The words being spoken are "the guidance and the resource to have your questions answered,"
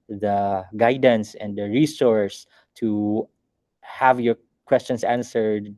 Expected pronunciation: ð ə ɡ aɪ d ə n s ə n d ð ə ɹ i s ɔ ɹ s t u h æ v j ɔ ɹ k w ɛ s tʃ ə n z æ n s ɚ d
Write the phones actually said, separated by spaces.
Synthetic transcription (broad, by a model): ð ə ɡ aɪ d ə n s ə n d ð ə ɹ i s ɔ ɹ s t u h æ v j ɔ ɹ k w ɛ s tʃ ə n s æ n s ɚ d